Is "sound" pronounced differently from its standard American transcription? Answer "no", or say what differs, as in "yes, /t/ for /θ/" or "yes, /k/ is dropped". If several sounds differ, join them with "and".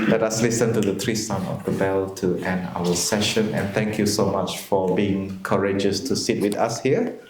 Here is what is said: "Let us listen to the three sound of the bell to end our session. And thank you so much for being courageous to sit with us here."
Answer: yes, /d/ is dropped